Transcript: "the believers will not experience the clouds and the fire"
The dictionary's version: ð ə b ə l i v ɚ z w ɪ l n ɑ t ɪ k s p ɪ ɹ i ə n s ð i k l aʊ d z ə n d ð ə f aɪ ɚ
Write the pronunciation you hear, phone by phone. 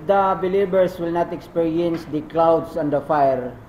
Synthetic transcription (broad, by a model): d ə b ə l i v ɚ s w ɪ l n ɑ t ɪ k s p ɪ ɹ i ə n s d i k l aʊ d s ə n d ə f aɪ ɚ